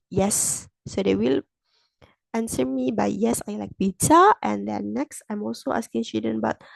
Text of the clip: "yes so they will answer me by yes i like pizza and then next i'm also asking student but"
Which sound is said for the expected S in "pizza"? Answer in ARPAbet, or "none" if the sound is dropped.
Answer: none